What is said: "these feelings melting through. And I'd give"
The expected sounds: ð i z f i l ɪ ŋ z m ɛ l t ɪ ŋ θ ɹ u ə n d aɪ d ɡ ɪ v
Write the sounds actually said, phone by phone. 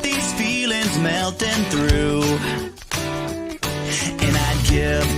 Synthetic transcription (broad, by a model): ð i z f i l ɪ ŋ z m ɛ l t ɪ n θ ɹ u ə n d aɪ d ɡ ɪ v